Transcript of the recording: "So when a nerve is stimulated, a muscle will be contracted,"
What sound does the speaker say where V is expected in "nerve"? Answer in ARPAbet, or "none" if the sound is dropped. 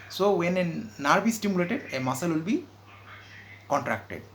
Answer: B